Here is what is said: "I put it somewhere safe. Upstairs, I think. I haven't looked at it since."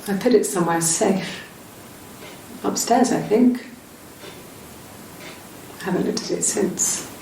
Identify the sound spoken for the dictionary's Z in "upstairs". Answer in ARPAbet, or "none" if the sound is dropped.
Z